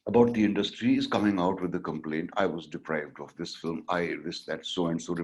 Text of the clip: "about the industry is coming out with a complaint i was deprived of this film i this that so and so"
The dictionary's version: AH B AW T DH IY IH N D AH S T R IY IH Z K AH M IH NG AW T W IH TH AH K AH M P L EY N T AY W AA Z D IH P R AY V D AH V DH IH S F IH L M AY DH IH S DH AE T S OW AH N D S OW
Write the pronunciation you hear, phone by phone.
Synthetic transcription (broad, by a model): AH B AW T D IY IH N D AH S T R IY IH Z K AH M IH NG AW T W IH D AH K AH M P L EY N T AY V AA Z D IH P R AY V D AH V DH IH S F IH L M AY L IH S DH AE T S OW AH N D S OW